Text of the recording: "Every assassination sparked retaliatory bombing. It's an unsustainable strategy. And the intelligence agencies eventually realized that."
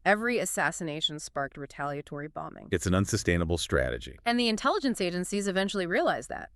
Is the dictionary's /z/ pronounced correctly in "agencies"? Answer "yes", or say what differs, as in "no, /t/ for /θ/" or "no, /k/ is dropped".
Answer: yes